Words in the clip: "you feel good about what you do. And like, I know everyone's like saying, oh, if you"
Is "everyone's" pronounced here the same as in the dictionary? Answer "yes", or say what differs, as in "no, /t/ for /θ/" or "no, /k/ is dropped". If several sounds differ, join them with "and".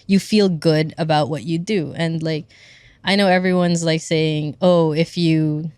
yes